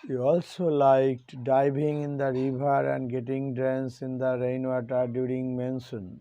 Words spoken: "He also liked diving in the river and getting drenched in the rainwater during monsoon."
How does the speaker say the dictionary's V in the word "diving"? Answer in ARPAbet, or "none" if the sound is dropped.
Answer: B